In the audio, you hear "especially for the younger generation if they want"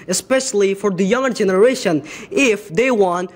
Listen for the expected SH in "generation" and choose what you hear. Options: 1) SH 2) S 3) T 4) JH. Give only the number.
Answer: 1